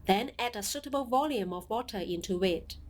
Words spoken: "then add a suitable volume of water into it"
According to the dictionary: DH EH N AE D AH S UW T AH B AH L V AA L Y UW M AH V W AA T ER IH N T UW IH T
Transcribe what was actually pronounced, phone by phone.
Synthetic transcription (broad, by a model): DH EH N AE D AH S UW T AH B AH L V AA L Y UW M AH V W AA T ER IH N T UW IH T